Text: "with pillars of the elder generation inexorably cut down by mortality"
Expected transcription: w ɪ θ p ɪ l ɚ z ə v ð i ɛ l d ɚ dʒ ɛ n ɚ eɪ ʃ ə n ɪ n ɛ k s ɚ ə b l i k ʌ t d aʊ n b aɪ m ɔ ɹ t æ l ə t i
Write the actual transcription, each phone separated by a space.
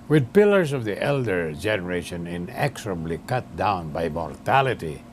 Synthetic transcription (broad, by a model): w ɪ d p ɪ l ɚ s ə v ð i ɛ l d ɚ dʒ ɛ n ɚ eɪ ʃ ə n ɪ n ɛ k s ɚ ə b l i k ʌ t d aʊ n b aɪ m ɔ ɹ t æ l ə t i